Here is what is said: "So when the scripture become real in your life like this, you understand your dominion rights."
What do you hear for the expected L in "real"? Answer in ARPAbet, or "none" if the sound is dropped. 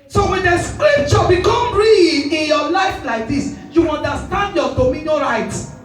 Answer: N